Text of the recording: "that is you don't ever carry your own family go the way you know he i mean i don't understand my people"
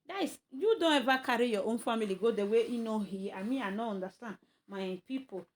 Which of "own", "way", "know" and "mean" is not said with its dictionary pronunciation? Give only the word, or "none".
mean